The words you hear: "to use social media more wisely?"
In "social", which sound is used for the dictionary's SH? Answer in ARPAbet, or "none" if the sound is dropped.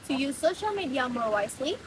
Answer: SH